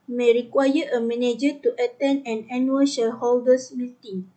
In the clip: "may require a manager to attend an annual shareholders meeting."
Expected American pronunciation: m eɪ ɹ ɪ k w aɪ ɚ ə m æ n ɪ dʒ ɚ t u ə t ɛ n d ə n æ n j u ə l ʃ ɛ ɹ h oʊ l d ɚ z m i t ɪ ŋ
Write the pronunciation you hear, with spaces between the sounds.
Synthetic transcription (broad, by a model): m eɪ ɹ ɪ k w aɪ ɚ ə m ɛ n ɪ dʒ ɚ t u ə t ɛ n ə n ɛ n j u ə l ʃ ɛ h oʊ l d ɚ s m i t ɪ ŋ